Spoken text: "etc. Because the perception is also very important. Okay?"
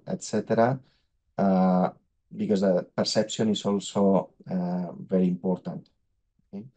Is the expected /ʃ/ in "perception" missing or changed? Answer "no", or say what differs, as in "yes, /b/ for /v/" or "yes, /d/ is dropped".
yes, /s/ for /ʃ/